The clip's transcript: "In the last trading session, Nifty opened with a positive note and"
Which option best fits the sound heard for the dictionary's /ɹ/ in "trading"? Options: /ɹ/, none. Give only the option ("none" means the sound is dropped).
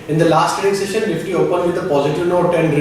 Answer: none